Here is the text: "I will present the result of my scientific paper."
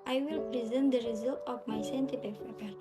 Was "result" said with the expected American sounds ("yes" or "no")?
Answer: yes